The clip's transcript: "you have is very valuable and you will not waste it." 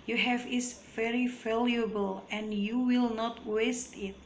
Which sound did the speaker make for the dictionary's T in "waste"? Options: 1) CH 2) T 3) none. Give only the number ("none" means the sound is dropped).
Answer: 2